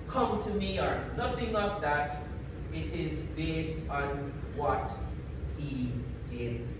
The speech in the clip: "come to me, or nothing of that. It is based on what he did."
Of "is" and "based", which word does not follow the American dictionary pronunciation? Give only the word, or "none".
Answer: none